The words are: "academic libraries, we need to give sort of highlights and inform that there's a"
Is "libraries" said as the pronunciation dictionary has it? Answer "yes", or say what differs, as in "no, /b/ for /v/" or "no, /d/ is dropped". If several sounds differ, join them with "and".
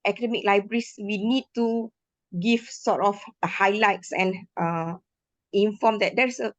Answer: no, /s/ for /z/